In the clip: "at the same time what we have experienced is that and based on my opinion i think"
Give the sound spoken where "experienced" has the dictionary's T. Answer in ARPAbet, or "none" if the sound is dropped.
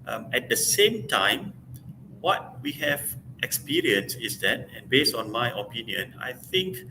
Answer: none